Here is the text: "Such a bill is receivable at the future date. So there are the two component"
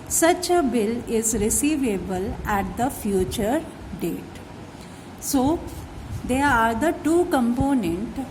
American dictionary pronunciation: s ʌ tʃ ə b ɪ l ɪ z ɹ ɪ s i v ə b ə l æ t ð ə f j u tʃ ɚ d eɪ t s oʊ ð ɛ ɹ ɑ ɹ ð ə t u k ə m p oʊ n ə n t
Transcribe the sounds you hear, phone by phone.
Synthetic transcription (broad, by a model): s ʌ tʃ ə b ɪ l ɪ z ɹ ɪ s i v ə b ə l æ t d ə f j u tʃ ɚ d eɪ t s oʊ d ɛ ɹ ɑ ɹ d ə t u k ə m p oʊ n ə n t